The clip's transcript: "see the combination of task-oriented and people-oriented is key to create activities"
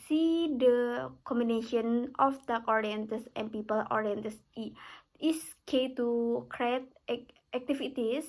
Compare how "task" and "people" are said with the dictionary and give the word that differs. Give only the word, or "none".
task